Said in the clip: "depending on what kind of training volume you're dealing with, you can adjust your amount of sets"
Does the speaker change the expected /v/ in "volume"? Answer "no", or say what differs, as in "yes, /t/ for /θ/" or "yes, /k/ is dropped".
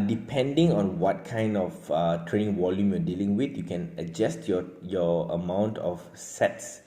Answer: yes, /w/ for /v/